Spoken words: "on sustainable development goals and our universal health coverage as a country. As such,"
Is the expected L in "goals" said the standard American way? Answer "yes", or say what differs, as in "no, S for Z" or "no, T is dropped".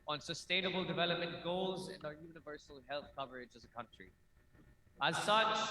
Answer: yes